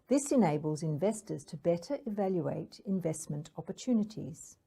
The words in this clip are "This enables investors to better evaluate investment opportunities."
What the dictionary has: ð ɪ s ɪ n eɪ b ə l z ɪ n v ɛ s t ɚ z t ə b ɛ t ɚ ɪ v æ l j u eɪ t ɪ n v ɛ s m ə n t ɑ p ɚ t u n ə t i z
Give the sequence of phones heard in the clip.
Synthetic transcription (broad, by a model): ð ɪ s ɪ n eɪ b ə l z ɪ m v ɛ s t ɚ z t ə b ɛ t ɚ ɪ v æ l j u eɪ t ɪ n v ɛ s m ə n t ɑ p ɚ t u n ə t i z